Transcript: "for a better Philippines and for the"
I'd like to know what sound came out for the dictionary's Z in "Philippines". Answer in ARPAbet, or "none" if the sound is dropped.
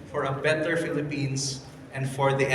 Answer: S